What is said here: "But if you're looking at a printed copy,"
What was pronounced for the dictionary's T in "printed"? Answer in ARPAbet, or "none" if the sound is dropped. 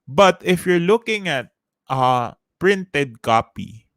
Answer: T